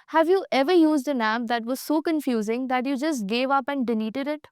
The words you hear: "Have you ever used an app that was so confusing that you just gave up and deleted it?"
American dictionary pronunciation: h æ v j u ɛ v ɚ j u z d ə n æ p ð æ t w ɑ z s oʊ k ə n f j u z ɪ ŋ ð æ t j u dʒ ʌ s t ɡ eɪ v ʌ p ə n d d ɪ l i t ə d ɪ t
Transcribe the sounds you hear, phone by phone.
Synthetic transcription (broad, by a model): h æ v j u ɛ v ɚ j u z d ə n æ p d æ t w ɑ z s oʊ k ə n f j u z ɪ ŋ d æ t j u dʒ ʌ s t ɡ eɪ v ʌ p ə n d d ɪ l i t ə d ɪ t